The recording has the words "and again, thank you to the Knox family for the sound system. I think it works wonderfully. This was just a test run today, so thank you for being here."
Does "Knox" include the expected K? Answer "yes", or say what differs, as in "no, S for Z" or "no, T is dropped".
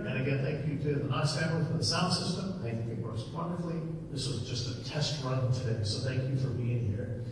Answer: no, K is dropped